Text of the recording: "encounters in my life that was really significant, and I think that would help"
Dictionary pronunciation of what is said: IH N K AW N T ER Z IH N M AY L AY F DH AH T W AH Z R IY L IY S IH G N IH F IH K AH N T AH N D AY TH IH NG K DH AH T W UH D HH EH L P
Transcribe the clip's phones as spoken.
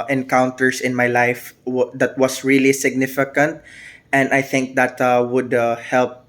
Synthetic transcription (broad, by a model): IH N K AW N T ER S IH N M AY L AY F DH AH T W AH S R IY L IY S IH G N IH F IH K AH N T AH N D AY TH IH NG K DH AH T W UH D HH EH L P